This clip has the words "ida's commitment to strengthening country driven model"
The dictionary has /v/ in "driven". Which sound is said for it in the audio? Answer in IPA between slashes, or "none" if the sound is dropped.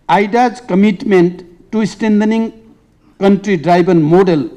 /b/